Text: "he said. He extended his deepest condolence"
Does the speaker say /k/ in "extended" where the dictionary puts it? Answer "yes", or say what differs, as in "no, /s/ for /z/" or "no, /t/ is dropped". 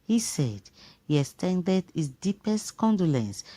no, /k/ is dropped